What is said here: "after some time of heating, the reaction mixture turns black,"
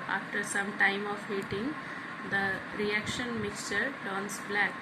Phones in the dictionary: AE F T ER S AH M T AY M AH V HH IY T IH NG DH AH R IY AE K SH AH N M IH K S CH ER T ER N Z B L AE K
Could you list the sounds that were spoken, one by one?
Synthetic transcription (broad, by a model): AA F T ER S AH M T AY M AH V HH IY T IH NG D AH R IY AE K SH AH N M IH K S CH ER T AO N S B L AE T